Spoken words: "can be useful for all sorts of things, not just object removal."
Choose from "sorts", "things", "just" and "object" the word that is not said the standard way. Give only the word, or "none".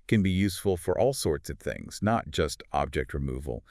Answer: none